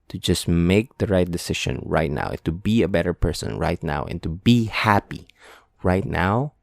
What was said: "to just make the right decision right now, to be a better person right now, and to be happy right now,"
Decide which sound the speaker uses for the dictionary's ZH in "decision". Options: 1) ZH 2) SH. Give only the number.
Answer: 2